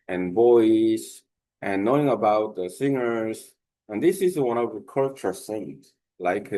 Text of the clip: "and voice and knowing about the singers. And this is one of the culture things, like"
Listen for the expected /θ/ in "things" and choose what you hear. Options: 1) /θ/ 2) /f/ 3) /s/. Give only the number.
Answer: 3